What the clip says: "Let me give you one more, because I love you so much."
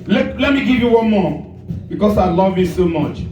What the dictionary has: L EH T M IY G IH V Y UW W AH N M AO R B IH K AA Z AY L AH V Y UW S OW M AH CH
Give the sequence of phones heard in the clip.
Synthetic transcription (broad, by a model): L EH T M IY G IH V Y UW W AH N M AO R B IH K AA S AY L AH V Y UW S OW M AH CH